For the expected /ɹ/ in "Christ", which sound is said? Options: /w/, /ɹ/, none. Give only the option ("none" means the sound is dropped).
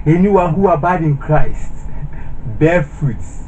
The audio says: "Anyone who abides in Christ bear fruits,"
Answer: /ɹ/